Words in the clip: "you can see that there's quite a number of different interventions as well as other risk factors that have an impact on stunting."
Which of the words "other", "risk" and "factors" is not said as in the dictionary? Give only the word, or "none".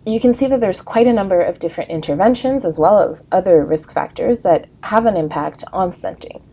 none